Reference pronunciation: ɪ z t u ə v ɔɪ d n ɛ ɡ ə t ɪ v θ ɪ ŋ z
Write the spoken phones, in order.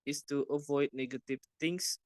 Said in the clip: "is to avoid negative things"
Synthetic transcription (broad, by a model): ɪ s t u ə v ɔɪ d n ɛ ɡ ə t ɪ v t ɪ ŋ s